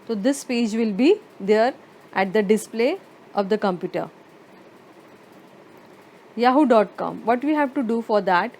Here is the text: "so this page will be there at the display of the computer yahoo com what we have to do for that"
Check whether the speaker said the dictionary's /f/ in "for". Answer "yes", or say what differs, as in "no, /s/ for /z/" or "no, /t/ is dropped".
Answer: yes